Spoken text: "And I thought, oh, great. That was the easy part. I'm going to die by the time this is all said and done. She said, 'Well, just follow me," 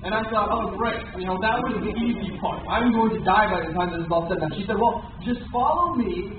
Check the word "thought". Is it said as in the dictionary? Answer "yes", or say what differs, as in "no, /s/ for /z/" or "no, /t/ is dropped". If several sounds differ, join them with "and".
no, /s/ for /θ/